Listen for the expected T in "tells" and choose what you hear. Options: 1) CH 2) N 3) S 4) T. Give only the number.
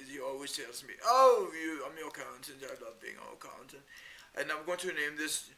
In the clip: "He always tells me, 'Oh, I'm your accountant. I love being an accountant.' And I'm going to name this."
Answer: 4